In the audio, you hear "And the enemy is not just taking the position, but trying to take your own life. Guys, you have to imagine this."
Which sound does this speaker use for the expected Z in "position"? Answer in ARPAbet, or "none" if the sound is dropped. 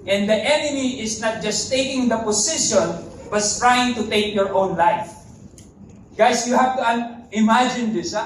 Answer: S